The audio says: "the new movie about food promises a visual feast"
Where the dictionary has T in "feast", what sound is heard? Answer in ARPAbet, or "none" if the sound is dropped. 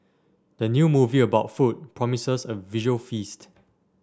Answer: T